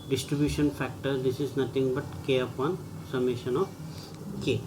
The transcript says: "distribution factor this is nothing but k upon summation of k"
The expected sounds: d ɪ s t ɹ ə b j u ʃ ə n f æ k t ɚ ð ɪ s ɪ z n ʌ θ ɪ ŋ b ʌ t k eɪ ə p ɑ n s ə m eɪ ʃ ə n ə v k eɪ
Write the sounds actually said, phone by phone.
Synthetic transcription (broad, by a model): d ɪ s t ɹ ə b j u ʃ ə n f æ k t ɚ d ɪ s ɪ z n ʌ t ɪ ŋ b ʌ t k eɪ ə p ɑ n s ə m eɪ ʃ ə n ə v k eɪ